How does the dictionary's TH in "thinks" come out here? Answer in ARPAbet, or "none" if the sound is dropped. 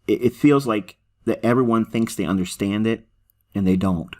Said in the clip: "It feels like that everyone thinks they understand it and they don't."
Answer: TH